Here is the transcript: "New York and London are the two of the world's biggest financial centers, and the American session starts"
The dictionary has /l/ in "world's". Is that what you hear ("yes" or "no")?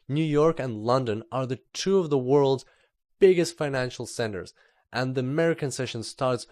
yes